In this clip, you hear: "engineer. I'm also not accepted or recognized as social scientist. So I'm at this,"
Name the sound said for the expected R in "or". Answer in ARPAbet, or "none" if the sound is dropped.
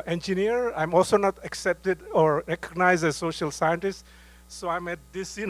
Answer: R